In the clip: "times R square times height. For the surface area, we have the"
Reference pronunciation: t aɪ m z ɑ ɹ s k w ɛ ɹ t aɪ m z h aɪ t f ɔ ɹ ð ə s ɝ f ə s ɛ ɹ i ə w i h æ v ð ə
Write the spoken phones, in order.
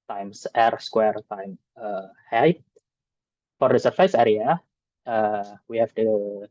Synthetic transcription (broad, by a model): t aɪ m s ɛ ɹ s k w ɛ ɹ t aɪ m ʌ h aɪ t f ɔ ɹ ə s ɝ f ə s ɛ ɹ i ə w i h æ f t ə